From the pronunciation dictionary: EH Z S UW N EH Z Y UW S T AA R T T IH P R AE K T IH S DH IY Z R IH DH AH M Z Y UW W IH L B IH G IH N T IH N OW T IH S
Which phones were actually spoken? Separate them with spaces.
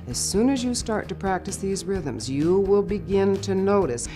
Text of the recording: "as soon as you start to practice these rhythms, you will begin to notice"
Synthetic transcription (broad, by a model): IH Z S UW N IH Z Y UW S T AA R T T IH P R AE K T IH S DH IY Z R IH DH AH M Z Y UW W IH L B IH G IH N T IH N OW T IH S